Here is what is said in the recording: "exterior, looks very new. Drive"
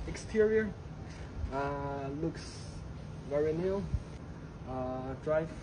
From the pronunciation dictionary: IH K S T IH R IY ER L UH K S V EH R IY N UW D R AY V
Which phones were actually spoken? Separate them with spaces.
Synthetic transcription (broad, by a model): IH K S T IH R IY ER L UH K S V EH R IY N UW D R AY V